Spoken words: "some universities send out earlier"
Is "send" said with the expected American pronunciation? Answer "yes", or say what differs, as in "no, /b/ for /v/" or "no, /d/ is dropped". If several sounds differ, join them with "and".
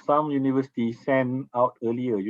no, /d/ is dropped